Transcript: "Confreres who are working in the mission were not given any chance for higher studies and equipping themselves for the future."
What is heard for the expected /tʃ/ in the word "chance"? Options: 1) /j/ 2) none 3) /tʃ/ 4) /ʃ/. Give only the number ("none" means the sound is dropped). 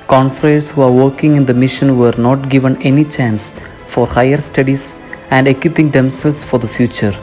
3